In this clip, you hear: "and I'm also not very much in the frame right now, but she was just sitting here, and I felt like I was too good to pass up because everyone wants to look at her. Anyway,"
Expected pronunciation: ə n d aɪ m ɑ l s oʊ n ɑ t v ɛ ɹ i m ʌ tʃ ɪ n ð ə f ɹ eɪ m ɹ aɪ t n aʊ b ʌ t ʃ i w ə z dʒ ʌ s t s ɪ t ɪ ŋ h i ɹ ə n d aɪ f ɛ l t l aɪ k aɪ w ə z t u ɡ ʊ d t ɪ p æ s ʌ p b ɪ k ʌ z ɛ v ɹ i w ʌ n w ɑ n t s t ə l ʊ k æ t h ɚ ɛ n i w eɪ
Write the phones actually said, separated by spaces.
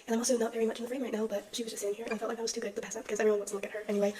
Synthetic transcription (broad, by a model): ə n aɪ m ɑ l s oʊ n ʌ t v ɛ ɹ i m ʌ tʃ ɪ n ð ə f ɹ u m ɹ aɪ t n aʊ b ʌ t ʃ i w ə z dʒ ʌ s s ɪ t ɪ ŋ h i ɹ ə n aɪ f ɛ l t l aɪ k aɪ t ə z t u ɡ ʊ d t ɪ p æ s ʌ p b ɪ k ʌ z ɛ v i w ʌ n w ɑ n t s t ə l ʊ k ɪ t h ɚ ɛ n i w eɪ